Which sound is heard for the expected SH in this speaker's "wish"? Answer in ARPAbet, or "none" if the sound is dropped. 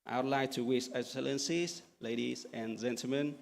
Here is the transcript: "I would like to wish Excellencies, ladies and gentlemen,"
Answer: S